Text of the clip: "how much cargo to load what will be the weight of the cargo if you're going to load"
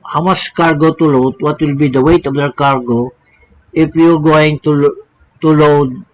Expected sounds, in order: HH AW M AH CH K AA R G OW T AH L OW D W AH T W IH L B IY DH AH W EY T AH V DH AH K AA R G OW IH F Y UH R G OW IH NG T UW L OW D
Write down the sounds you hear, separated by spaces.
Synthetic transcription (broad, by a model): HH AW M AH S K AA R G OW T AH L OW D W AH T W IH L B IY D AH W EY T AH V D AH K AA R G OW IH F Y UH R G OW IH NG T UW L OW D